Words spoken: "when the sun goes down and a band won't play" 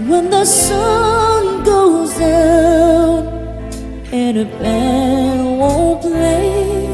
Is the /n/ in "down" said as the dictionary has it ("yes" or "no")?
no